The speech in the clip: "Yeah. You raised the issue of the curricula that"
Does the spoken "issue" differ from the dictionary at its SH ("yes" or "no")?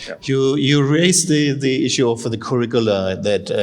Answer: no